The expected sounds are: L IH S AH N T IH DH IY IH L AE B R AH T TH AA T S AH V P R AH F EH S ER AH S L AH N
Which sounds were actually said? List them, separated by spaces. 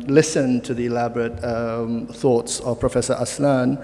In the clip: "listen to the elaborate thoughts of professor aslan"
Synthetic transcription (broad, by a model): L IH S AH N T IH DH IY IH L AE B R AH T TH AA T S AH V P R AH F EH S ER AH S L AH N